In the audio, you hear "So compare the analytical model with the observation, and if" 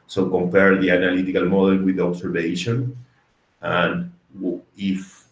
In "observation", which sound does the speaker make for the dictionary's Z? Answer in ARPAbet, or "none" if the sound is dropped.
S